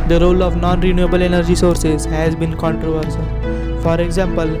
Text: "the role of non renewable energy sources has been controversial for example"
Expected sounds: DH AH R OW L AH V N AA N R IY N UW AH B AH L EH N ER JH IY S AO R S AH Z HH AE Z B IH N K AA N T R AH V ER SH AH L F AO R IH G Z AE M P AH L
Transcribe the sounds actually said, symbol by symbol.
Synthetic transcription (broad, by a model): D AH R OW L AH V N AA N R IY N UW AH B AH L EH N ER JH IY S AO R S AH Z HH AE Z B IH N K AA N T R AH V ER S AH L F AO R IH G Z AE M P AH L